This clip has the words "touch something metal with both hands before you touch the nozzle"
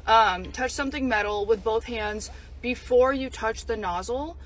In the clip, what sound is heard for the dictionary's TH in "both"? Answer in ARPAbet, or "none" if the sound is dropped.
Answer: TH